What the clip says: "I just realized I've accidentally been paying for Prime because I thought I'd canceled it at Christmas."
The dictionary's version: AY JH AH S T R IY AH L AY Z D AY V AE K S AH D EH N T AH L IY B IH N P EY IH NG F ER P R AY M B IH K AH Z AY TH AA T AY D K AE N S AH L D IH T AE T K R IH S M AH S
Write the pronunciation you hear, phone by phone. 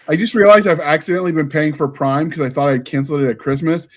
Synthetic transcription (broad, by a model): AY JH AH S T R IY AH L AY Z AY V AE K S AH D EH N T L IY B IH N P EY IH NG F ER P R AY M K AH Z AY TH AA T AY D K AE N S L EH IH T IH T K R IH S M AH S